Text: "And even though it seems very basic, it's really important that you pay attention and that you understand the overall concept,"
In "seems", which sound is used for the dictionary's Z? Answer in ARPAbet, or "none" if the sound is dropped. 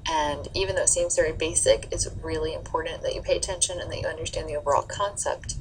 Z